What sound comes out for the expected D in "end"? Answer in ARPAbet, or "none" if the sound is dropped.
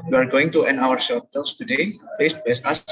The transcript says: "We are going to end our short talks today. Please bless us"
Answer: none